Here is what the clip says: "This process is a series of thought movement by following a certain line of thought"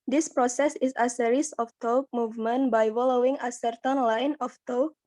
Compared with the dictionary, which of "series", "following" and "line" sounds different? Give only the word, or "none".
series